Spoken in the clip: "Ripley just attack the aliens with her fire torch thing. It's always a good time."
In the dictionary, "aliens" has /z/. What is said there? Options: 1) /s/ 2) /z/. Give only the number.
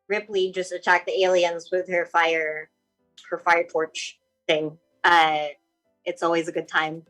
2